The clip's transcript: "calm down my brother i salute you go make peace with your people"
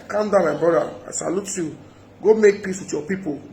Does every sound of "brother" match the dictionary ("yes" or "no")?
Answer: no